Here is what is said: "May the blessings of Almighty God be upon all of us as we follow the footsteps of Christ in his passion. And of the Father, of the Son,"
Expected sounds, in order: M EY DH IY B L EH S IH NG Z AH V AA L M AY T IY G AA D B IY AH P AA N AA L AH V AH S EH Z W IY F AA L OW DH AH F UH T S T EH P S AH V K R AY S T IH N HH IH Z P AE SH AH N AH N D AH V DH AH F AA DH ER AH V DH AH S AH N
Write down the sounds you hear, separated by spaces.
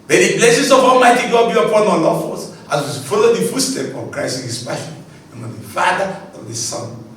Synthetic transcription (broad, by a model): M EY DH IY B L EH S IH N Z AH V AA L M AY T IY G AA D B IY AH P AA N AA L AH F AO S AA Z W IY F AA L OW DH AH F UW S T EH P AH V K R AY S T IH N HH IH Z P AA AH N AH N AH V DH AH F AA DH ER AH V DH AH S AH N